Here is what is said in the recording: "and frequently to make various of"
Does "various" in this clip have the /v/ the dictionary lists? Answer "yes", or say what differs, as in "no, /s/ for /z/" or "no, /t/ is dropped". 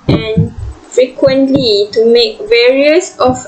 yes